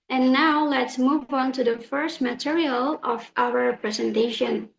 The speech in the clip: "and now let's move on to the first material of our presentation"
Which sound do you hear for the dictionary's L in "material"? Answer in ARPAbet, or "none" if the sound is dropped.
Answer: L